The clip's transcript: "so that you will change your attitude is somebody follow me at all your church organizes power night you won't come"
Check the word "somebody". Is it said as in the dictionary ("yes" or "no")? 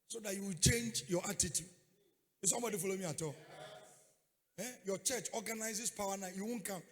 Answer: yes